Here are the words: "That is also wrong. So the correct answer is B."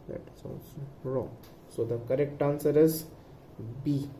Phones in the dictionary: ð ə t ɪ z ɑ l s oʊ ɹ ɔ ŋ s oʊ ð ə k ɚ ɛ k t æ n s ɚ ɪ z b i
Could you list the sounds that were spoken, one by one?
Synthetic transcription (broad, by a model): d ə t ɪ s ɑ n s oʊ ɹ ɔ ŋ s oʊ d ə k ɚ ɛ k t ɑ n s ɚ ɪ z b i